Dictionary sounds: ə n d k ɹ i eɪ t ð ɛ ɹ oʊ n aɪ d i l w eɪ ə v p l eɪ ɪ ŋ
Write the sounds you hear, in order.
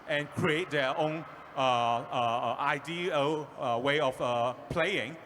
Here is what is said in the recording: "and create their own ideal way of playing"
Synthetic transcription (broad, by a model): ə n k ɹ i eɪ t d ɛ oʊ n aɪ d i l w eɪ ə f p l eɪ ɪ ŋ